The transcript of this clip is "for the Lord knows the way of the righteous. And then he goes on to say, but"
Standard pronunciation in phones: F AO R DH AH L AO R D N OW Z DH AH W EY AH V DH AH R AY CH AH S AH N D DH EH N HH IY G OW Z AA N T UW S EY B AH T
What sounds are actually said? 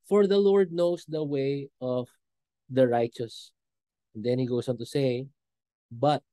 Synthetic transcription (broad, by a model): F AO R DH AH L AO R D N OW S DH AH W EY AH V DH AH R AY CH AH S AH N D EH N HH IY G OW S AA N T UW S EY B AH T